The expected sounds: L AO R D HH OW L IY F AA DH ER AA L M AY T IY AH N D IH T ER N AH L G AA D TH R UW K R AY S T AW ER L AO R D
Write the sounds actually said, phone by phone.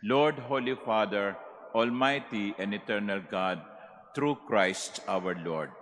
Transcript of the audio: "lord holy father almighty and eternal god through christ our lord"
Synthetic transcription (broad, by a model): L AO R D HH OW L IY F AA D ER AA L M AY T IY AH N D IH T ER N AH L G AA D T R UW K R AY S T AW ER L AO R D